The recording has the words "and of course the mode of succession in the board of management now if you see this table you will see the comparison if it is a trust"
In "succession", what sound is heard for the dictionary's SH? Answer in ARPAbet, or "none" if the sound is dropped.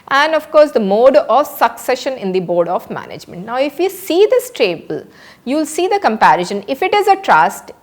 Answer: SH